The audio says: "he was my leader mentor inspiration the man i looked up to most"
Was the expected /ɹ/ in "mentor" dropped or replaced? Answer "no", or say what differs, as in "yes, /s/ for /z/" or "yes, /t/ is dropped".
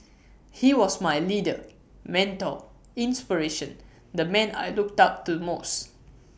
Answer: yes, /l/ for /ɹ/